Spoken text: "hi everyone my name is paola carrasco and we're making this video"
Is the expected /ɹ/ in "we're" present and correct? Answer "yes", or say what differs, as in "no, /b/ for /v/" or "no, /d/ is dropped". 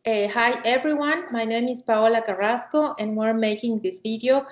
yes